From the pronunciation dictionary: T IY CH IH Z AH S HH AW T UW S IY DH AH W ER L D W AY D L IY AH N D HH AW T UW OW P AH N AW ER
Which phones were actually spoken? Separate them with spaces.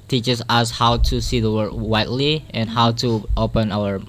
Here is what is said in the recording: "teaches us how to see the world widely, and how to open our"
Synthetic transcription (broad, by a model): T IY CH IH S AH S HH AW T UW S IY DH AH W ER D W AY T L IY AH N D HH AW T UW OW P AH N AW ER